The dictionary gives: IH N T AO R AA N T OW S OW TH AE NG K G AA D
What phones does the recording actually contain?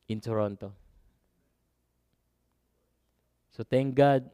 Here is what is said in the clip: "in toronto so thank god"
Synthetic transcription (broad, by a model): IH N T AO R AA N T OW S OW T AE NG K G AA D